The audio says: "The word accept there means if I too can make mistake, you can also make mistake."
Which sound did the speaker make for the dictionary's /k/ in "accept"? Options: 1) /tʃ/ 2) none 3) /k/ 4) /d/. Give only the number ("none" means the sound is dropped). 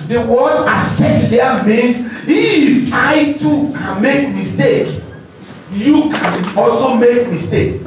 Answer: 2